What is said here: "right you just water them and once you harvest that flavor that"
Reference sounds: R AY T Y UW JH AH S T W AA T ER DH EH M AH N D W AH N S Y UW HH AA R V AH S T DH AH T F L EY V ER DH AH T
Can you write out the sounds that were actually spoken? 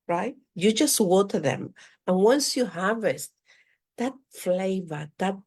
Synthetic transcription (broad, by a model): R AY T Y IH JH AH S T W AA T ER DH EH M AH N W AH N S Y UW HH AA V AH S T DH AH T F L EY V ER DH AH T